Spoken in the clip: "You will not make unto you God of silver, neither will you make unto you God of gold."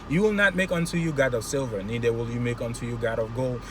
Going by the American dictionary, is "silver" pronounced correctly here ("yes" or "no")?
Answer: yes